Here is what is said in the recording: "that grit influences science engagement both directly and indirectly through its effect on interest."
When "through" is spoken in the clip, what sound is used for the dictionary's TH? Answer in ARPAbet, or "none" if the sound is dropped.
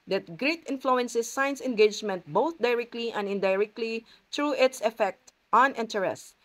T